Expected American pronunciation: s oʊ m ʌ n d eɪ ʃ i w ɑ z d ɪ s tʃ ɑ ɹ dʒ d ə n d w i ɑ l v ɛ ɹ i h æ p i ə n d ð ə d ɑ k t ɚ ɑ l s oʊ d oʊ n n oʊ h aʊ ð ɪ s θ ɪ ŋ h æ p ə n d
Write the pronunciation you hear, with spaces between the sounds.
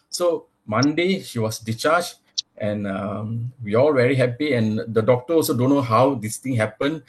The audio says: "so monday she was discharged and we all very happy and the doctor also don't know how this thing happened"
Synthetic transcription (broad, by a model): s oʊ m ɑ n d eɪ ʃ i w ɑ s d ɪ tʃ ɑ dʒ ə n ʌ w i ɑ l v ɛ ɹ i h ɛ p i ə n d ə d ɑ k t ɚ ɑ l s oʊ d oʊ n n oʊ h aʊ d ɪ s t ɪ ŋ h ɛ p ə n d